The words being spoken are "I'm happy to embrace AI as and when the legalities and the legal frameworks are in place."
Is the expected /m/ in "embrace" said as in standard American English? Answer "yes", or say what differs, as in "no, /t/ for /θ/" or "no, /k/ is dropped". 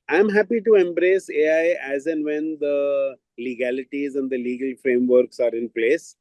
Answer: yes